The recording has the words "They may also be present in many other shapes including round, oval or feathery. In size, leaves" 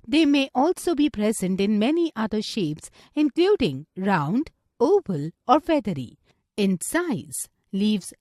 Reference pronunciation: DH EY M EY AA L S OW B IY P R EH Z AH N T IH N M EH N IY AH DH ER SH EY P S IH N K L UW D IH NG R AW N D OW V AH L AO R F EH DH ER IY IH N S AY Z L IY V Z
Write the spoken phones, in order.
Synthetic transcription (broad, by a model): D EY M EY AA L S OW B IY P R EH Z AH N T IH N M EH N IY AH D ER SH EY P S IH N K L UW D IH NG R AW N D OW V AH L AO R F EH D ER IY IH N S AY Z L IY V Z